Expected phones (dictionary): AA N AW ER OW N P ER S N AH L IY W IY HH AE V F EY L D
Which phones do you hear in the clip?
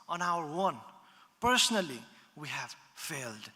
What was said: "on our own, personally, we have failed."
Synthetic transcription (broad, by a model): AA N AW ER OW N P ER S N AH L IY W IY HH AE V F EY L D